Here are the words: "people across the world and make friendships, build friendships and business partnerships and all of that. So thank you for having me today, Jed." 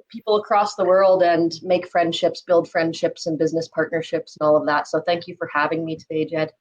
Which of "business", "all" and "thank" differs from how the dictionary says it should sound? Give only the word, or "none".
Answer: none